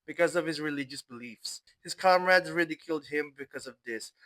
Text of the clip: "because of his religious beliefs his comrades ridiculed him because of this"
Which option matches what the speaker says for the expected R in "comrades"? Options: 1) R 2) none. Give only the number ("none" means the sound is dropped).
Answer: 1